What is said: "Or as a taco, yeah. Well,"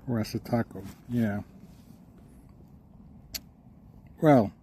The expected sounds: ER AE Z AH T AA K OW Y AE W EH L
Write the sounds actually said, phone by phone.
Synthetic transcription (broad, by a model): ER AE S AH T AA K OW Y AE W EH L